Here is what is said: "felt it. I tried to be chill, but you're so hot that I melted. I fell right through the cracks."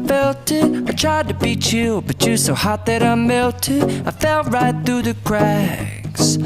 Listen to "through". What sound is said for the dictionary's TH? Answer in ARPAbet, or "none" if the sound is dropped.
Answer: TH